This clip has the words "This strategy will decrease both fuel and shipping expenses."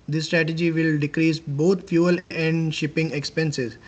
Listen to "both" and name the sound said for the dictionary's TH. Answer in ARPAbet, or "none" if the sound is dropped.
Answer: T